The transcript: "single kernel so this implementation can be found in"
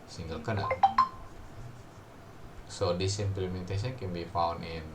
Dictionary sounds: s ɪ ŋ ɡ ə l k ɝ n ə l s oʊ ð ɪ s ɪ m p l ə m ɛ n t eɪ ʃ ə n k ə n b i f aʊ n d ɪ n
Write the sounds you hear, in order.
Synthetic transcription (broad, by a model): s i ŋ ɡ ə l k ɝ n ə s oʊ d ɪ s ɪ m p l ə m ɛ n t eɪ s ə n k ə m b i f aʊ n ɪ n